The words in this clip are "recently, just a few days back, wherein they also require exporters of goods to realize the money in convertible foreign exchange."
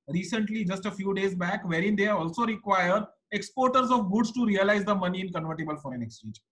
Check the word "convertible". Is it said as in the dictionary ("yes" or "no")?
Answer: yes